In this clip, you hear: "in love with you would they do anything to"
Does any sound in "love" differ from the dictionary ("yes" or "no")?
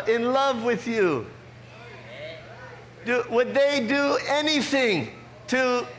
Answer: no